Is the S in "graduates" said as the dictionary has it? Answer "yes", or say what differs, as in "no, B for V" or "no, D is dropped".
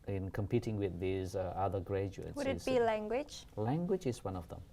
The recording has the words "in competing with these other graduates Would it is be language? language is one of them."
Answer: no, S is dropped